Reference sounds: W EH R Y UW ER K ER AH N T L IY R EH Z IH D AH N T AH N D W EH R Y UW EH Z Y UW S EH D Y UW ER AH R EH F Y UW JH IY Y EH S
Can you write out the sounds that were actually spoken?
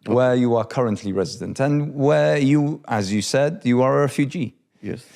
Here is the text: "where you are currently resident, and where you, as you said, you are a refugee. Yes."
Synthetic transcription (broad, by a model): W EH Y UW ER K ER AH N T L IY R EH Z IH D AH N T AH N W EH Y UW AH Z Y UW S EH D Y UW ER AH R EH F Y UW JH IY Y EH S